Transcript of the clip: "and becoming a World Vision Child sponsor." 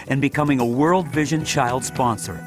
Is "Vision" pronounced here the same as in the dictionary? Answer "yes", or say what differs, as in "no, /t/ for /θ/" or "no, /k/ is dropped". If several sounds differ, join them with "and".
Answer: yes